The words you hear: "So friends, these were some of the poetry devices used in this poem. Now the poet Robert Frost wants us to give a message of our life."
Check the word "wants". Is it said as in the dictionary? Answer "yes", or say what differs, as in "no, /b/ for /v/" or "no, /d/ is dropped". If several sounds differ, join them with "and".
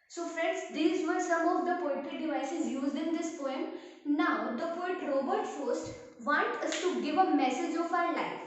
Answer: no, /s/ is dropped